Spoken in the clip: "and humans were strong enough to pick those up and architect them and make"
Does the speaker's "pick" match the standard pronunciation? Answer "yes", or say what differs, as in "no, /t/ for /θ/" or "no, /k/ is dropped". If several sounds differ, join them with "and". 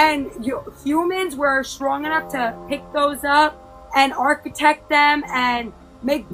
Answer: yes